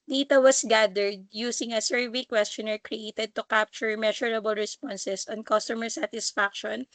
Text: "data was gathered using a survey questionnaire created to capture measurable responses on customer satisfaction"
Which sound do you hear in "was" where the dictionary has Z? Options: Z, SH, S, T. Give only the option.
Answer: S